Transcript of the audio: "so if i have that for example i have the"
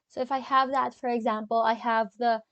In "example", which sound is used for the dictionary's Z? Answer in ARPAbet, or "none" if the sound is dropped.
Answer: Z